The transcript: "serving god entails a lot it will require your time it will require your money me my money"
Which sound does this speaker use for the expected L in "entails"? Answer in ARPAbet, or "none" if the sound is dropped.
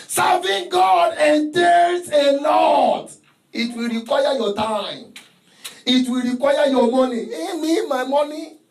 none